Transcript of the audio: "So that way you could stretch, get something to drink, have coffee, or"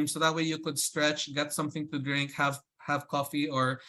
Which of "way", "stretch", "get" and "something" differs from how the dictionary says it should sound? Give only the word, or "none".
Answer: none